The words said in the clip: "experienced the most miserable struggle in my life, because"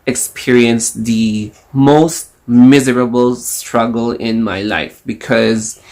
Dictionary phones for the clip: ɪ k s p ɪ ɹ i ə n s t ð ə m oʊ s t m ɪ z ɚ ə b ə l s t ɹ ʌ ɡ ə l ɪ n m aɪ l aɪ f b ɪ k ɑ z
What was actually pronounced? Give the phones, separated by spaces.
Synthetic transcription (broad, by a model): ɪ k s p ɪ ɹ i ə n s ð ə m oʊ s t m ɪ z ɚ ə b ə l s t ɹ ʌ ɡ ə l ɪ n m aɪ l aɪ f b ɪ k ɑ z